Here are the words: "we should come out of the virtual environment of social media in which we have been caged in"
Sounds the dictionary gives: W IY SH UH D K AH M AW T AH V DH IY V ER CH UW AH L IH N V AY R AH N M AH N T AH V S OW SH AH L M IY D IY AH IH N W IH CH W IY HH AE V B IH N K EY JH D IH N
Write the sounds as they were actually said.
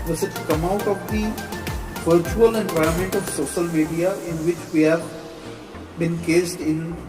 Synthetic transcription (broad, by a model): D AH S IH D K AH M AW T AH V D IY V ER CH UW AH L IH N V AY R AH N M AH N T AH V S OW SH AH L M IY D IY AH IH N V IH CH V IY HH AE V B IH N K EY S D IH N